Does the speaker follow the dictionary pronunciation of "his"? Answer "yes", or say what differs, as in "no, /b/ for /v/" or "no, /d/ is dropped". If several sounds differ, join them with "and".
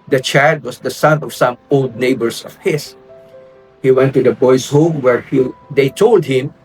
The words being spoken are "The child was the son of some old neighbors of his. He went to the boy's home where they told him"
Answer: no, /s/ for /z/